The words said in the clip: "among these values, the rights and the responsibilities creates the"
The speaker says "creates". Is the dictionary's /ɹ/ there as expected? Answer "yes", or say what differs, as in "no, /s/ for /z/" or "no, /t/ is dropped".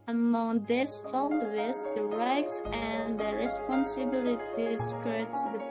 no, /ɹ/ is dropped